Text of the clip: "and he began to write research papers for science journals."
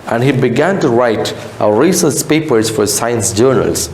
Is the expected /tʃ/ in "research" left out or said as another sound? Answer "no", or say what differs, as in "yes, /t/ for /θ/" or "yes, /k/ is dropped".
yes, /s/ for /tʃ/